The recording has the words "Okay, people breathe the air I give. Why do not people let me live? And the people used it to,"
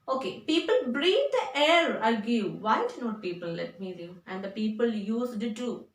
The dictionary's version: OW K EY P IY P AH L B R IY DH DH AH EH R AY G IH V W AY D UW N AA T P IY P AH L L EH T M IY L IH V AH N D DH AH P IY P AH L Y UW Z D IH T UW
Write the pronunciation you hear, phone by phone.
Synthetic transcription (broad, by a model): OW K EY P IY P AH L B R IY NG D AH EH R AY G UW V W AY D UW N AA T P IY P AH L L EH T M IY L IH AH N D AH P IY P AH L Y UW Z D IH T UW